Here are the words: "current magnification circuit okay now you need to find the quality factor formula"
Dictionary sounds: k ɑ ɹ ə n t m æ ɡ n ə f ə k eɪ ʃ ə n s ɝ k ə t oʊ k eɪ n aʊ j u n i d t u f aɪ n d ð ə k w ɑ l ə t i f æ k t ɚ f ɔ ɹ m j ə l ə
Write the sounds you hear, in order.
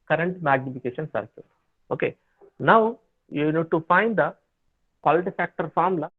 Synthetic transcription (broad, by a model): k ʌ ɹ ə n t m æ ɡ n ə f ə k eɪ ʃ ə n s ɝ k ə oʊ k eɪ n aʊ j u n i d t u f aɪ n d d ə k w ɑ l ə t i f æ k t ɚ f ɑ ɹ m l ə